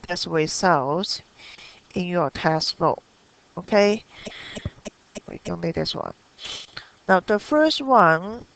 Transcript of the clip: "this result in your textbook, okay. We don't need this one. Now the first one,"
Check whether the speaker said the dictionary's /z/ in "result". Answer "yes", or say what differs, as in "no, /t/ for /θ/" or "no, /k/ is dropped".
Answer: no, /s/ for /z/